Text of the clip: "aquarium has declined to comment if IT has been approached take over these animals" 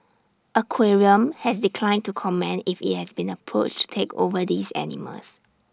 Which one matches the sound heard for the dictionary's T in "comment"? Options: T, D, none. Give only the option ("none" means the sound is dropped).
none